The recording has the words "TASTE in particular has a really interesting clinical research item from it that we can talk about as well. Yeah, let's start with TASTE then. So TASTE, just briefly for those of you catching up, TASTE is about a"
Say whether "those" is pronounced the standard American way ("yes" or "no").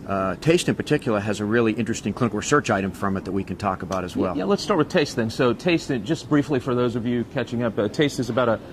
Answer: yes